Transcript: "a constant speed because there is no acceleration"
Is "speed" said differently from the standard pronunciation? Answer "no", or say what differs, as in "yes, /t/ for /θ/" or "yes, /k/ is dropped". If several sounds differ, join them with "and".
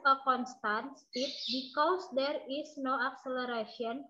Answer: yes, /p/ is dropped